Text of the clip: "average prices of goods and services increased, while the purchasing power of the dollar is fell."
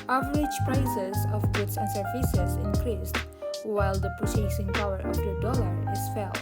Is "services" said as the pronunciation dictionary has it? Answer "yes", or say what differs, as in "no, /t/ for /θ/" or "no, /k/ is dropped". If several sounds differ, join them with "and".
no, /f/ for /v/